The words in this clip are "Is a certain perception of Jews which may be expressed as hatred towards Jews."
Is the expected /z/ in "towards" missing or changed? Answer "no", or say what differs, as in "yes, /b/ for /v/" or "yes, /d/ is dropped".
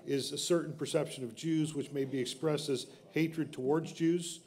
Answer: no